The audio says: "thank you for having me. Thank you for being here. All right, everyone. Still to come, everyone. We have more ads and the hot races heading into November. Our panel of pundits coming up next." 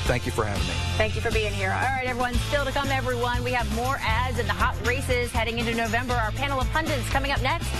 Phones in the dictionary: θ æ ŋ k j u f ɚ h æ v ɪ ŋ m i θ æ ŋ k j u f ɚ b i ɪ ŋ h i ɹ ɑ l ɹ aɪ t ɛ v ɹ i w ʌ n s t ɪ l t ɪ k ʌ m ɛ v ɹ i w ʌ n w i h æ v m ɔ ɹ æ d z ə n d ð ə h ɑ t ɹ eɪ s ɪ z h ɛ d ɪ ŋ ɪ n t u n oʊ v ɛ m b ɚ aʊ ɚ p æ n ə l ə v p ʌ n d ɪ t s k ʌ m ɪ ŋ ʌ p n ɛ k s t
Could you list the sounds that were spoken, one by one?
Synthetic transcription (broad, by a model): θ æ ŋ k j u f ɚ h æ v ɪ ŋ m i θ æ ŋ k j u f ɚ b i ɪ ŋ h i ɹ ɑ l ɹ aɪ t ɛ v ɹ i w ʌ n s t ɪ l t ɪ k ʌ m ɛ v ɹ i w ʌ n w i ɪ v m ɔ ɹ æ d z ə n ð ə h ɑ t ɹ eɪ s ɪ z h ɛ d ɪ ŋ ɪ n t u n oʊ v ɛ m b ɚ aʊ ɚ p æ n l ə v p ʌ n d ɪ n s k ʌ m ɪ ŋ ʌ p n ɛ k s t